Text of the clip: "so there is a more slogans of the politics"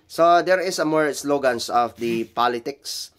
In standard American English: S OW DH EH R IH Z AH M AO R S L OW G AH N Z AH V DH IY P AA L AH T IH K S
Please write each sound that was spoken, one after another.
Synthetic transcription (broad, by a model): S OW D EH R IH S AH M AO R S L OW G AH N S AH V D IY P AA L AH T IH K S